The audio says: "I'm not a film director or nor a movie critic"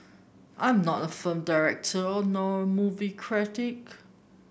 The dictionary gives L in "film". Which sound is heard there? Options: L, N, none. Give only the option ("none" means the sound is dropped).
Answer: none